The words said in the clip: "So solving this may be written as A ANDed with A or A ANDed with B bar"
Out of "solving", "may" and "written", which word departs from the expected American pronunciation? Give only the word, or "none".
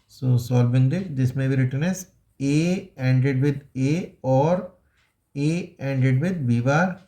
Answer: solving